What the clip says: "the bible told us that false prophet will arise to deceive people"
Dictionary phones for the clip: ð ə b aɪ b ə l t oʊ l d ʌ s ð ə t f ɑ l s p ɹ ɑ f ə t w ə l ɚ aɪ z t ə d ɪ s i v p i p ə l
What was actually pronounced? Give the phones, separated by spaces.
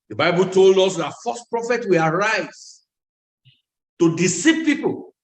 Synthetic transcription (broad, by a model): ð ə b aɪ b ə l t oʊ l d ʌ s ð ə t f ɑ s p ɹ ɑ f ə t w ə l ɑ aɪ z t ə d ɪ s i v p i p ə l